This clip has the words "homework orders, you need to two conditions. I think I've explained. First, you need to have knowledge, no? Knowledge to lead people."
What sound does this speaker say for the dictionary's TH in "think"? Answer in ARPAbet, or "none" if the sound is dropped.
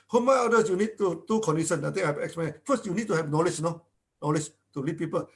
T